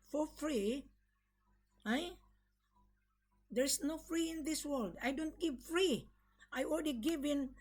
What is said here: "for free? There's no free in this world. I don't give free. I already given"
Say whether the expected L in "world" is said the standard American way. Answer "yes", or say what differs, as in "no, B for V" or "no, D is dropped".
yes